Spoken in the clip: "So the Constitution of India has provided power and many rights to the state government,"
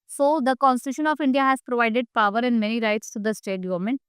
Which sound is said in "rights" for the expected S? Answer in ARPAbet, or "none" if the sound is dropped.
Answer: S